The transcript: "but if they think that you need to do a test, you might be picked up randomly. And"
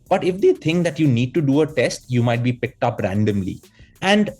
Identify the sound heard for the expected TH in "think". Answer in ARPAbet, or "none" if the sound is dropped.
T